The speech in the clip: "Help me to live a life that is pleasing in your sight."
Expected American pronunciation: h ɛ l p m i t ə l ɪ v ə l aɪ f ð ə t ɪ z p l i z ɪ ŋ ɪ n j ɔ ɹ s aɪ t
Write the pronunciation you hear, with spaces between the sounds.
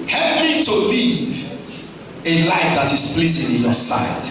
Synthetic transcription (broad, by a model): h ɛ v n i t ə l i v ə l aɪ f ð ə t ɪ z p l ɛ s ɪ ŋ ɪ n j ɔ s aɪ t